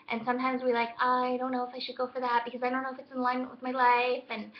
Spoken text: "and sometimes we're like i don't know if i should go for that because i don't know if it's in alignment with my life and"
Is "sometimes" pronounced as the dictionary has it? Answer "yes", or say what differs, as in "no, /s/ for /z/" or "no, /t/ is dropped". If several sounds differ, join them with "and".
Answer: yes